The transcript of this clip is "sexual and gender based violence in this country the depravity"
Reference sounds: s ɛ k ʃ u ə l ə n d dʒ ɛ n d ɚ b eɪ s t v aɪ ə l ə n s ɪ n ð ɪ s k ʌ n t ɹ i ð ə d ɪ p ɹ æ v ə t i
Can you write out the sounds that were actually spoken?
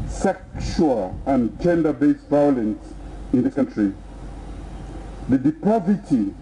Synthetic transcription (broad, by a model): s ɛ k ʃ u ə l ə n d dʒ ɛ n d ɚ b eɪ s v aɪ ə l ə n s ɪ n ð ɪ k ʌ n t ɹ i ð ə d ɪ p ɹ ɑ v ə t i